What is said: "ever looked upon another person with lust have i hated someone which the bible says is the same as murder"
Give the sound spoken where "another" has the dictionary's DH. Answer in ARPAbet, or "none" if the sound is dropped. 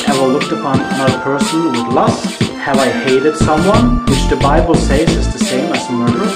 none